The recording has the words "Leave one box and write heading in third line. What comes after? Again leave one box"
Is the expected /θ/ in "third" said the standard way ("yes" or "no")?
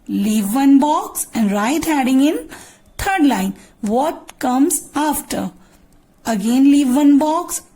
no